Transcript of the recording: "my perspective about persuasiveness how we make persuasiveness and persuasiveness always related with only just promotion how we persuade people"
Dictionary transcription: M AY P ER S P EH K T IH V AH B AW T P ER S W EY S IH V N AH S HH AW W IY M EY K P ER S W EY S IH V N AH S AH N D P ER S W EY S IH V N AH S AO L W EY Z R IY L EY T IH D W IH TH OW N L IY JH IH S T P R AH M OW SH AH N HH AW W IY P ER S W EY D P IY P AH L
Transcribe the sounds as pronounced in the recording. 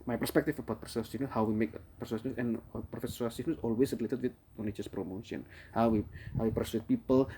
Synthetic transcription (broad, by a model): M AY P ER S P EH K T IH F AH B AW T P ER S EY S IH N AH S HH AW W IY M EY K P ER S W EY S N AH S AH N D F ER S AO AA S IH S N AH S AO L W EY S R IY L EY T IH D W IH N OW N IY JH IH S P R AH M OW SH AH N HH AW W IY P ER S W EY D P IY P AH L